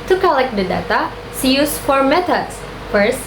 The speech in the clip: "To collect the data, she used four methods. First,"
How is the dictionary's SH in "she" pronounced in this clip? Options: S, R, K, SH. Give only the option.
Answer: S